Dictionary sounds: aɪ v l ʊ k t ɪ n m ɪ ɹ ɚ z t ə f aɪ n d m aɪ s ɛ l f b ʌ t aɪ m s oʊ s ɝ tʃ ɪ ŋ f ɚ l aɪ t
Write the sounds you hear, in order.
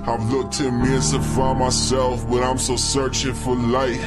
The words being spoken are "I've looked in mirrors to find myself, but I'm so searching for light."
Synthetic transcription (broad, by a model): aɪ v l ʊ k t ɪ m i ɚ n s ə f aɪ m aɪ s ɛ l f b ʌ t aɪ m s oʊ s ɝ tʃ ɪ ŋ f ɚ l aɪ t